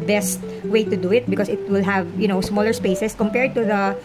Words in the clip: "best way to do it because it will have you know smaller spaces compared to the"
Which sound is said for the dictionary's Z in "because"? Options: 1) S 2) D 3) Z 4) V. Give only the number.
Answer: 1